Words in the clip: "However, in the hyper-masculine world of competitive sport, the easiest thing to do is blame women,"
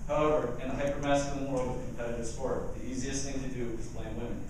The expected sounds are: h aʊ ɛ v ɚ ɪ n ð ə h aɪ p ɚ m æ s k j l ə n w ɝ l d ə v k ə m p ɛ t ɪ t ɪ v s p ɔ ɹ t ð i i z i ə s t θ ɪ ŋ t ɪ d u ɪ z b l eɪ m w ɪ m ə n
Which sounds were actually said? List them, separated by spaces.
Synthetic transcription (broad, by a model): h aʊ ɛ v ɚ ɪ n ð ə h aɪ p ɚ m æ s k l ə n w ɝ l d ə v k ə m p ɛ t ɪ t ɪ s p ɔ ɹ t ð i i z i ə s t θ ɪ ŋ t ɪ d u ɪ z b l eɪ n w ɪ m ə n